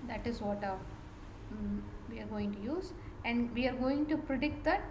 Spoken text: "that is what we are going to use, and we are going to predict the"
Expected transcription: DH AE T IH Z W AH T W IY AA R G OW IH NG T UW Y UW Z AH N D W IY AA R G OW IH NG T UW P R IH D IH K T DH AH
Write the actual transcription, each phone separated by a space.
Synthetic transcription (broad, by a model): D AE T IH Z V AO T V IY AA R G OW IH NG T UW Y UW Z AH N D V IY AA R G OW IH NG T UW P R IH D IH K T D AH